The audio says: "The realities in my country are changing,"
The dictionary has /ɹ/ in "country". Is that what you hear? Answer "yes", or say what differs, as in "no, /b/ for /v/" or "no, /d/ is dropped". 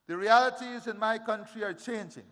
yes